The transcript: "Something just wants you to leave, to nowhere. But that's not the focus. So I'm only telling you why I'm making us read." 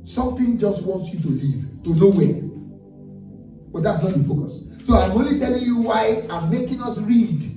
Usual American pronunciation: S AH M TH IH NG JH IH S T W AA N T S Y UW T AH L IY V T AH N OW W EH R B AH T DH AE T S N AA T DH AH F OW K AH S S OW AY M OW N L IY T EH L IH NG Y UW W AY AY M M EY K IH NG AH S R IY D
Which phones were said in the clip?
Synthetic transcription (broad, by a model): S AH M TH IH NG JH IH S T W AA N T S Y UW T AH L IY V T AH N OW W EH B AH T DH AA T S N AA T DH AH F OW K AH S S OW AY M OW N L IY T EH L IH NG Y UW W AY AY M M EY K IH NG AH S R IY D